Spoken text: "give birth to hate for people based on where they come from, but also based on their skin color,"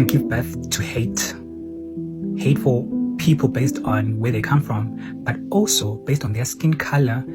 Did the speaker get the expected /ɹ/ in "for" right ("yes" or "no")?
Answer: no